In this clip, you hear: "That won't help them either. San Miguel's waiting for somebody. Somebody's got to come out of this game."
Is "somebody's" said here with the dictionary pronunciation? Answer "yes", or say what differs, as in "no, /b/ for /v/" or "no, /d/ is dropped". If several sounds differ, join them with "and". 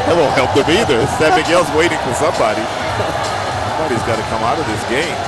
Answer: yes